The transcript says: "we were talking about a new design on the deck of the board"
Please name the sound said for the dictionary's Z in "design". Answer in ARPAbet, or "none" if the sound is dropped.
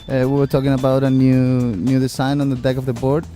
S